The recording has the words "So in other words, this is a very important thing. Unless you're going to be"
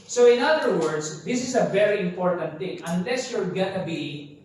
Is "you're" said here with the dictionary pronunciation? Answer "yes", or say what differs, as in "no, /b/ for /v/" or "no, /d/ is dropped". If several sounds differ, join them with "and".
no, /l/ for /ɹ/